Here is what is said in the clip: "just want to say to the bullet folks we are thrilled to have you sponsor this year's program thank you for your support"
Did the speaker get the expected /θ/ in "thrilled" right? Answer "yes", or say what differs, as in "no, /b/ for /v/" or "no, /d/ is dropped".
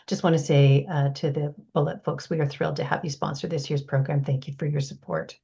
yes